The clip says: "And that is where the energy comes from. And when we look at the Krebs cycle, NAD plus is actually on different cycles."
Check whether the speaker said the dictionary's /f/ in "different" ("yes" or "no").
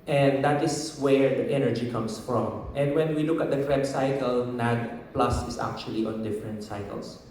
yes